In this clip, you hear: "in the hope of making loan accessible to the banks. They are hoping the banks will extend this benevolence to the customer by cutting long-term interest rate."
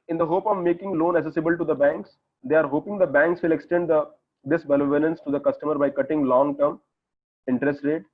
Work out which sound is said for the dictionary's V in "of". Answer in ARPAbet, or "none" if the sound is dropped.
V